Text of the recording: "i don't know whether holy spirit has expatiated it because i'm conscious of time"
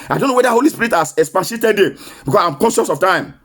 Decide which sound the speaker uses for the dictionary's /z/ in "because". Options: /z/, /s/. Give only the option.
/s/